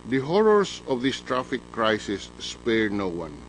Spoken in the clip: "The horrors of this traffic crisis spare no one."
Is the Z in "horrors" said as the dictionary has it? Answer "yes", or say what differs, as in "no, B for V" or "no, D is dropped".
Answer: no, S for Z